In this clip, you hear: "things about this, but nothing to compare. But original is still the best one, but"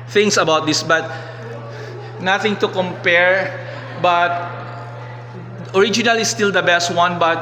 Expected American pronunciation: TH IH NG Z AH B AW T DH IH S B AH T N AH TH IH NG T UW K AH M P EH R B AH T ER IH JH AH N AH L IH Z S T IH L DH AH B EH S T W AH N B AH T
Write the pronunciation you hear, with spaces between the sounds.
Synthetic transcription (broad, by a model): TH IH NG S AH B AW T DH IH S B AH T N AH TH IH NG T UW K AH M P EH R B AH T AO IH JH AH N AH L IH S T IH L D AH B EH S T W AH N B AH T